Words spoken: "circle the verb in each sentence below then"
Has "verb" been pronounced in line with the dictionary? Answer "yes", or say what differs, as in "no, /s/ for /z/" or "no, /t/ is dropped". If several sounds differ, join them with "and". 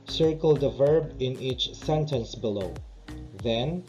yes